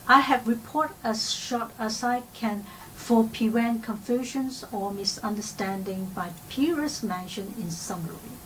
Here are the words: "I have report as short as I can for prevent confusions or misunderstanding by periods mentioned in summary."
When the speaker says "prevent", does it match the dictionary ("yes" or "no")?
no